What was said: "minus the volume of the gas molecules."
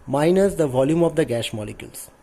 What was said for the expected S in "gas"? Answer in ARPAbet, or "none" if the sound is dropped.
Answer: SH